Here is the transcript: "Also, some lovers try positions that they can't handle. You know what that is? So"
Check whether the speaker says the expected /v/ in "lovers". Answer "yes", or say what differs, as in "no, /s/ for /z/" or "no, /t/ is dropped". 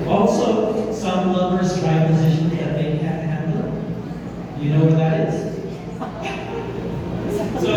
no, /b/ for /v/